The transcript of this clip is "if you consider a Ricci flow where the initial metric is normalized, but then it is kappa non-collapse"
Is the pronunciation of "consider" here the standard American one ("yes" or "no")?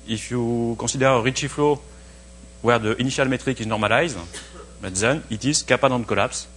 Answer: no